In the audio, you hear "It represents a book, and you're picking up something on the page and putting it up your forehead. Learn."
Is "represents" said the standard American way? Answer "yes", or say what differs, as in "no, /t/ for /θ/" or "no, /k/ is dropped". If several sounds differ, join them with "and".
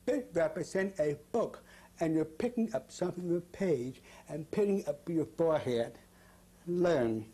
no, /s/ is dropped